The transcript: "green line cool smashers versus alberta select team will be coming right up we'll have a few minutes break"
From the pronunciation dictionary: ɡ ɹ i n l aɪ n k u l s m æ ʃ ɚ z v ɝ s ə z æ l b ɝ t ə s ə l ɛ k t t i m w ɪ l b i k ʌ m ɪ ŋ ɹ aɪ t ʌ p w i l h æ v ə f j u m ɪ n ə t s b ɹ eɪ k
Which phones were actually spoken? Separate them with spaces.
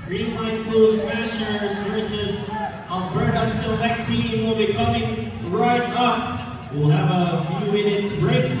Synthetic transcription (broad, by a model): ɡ ɹ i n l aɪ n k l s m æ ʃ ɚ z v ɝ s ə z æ n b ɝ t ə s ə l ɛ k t t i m w ɪ l b i k ʌ m ɪ ŋ ɹ aɪ t ʌ p w i l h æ v ə f j u m ɪ n ə t s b ɹ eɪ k